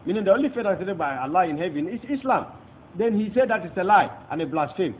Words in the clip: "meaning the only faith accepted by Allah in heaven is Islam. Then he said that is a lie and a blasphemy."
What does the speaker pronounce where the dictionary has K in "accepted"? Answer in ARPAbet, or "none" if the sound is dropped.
none